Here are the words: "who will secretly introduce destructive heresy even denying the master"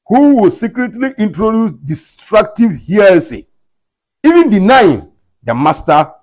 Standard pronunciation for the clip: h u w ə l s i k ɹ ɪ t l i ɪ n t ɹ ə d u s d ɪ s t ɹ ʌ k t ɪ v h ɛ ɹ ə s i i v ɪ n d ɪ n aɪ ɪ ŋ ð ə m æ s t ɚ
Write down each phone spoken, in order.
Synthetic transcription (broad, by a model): h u w ə l s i k ɹ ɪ t l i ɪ n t ɹ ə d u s d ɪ s t ɹ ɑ k t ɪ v h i ə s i i v ɪ n d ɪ n aɪ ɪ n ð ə m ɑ s t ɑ